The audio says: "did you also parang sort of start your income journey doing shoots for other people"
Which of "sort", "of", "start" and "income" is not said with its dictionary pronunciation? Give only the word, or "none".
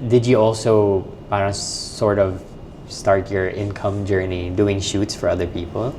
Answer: none